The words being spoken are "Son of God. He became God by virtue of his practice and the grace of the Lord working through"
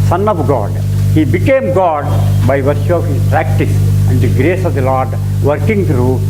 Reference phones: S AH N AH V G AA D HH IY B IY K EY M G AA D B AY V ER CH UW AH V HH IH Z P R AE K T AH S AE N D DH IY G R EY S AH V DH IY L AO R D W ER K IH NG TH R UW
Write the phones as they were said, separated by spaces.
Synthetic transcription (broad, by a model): S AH N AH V G AA D HH IY B IY K EY M G AA D B AY V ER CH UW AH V HH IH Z P R AE K T AH S AE N D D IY G R EY S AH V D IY L AO R D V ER K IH NG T R UW